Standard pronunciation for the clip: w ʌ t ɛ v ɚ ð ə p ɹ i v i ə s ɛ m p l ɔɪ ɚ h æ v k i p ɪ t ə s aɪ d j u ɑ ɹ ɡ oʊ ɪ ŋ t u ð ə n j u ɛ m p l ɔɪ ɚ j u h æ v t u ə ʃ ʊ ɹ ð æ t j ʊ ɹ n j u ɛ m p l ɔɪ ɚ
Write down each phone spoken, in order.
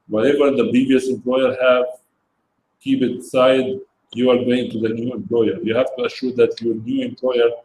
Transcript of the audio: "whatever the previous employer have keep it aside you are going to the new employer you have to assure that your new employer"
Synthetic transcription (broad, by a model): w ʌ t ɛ v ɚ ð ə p i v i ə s ɛ m p l ɔɪ ɚ h æ v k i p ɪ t s aɪ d j u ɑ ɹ ɡ oʊ ɪ ŋ t u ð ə n j u ɛ m p l ɔɪ ɚ j u h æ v t u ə ʃ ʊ ɹ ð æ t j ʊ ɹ n j u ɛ m p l ɔɪ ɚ